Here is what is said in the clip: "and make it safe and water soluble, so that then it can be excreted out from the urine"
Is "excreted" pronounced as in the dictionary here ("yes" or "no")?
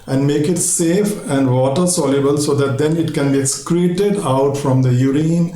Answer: yes